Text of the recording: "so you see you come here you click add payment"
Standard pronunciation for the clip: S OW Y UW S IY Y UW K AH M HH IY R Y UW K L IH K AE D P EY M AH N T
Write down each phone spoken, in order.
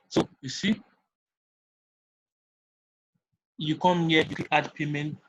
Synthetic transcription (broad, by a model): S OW Y UW S IY Y UW K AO M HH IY Y UW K IH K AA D P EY M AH N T